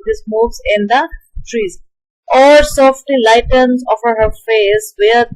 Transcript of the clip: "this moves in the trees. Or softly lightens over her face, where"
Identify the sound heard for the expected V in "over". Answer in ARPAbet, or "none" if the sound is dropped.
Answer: F